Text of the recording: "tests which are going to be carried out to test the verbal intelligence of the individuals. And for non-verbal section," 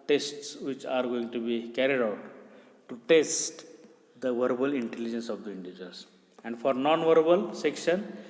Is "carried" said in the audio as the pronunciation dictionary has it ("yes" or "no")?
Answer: yes